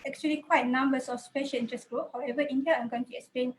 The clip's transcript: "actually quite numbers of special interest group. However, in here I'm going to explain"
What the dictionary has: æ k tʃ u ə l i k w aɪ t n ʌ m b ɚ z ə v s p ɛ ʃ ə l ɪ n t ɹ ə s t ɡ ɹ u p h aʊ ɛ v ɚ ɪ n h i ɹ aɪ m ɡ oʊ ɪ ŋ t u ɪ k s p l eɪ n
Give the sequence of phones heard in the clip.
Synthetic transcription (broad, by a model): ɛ k tʃ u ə l i k w aɪ t n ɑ m b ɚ s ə f s p ɛ ʃ ə l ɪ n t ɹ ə s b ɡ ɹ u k h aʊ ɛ v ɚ ɪ n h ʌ aɪ m ɡ oʊ ɪ ŋ t u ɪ k s p l eɪ n